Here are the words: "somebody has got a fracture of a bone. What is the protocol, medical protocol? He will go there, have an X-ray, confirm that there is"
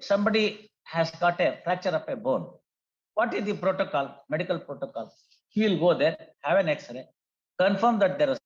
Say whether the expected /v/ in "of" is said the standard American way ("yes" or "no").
no